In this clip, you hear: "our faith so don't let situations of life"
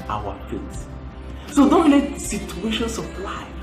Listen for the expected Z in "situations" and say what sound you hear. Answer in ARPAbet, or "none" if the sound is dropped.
S